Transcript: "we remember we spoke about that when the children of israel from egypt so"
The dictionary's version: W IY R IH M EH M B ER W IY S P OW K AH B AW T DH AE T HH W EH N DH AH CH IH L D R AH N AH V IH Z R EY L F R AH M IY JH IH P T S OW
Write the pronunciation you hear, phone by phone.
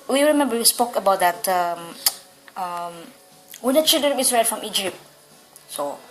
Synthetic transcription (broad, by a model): W IY R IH M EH M B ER W IY S P OW K AH B AW T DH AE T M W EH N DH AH CH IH L D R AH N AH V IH S R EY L F R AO M IY JH IH P T S OW